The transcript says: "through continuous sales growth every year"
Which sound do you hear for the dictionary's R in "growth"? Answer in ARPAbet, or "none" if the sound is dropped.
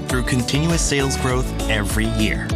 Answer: R